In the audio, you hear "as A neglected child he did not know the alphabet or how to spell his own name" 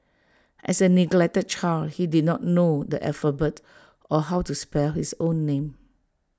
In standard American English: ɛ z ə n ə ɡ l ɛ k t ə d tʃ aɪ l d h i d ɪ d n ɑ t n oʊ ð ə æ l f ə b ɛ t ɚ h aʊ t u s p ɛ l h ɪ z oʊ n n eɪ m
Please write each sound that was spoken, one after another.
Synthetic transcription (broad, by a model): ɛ s ə n ə ɡ l ɛ k t ə d tʃ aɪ l h i d ɪ d n ɑ t n oʊ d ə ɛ f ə b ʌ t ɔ h aʊ t u s p ɛ l h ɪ s oʊ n n eɪ m